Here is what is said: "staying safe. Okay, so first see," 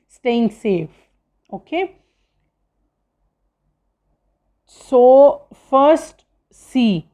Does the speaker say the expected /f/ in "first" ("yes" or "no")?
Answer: yes